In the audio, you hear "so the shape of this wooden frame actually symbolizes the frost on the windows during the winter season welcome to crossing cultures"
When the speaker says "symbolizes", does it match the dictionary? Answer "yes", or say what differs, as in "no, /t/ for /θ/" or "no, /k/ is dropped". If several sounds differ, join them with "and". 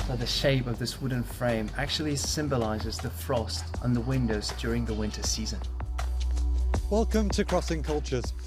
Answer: yes